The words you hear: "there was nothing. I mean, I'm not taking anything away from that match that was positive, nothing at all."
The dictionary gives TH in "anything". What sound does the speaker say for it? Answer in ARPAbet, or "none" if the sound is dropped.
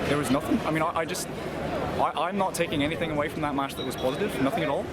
TH